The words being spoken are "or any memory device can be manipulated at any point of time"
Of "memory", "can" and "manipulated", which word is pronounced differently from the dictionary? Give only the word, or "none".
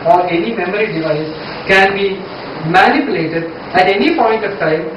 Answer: none